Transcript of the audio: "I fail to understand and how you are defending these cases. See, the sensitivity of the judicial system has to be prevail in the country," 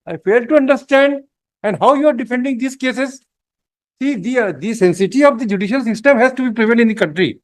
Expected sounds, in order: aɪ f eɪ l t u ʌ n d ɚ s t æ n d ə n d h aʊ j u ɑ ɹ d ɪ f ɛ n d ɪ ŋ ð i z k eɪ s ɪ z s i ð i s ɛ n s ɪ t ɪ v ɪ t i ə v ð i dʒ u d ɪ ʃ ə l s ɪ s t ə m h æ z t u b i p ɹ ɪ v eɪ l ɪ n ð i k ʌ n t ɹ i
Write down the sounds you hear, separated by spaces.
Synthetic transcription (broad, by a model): aɪ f eɪ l t u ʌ n d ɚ s t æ n d ə n d h aʊ j u ɑ ɹ d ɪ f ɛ n d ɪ ŋ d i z k eɪ s ɪ z s i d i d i s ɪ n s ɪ t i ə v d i dʒ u d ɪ ʃ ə l s ɪ s t ə m h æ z t u b i p ɹ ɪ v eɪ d ɪ n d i k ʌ n t ɹ i